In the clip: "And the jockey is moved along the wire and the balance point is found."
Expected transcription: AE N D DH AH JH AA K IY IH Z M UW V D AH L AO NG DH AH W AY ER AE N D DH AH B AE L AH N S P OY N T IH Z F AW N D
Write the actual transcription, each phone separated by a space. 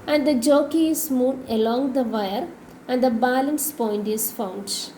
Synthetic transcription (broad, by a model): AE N D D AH JH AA K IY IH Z M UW D AH L AO NG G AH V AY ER AE N D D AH B AE L AH N S P OY N T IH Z F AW N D